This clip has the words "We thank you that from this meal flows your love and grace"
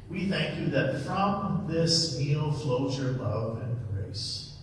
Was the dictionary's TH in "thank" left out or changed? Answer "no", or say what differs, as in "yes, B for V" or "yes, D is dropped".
no